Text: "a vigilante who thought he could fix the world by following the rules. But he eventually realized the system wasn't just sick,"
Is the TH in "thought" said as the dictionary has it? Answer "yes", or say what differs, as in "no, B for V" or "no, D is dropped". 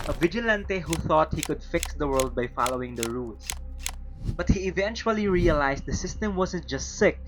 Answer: yes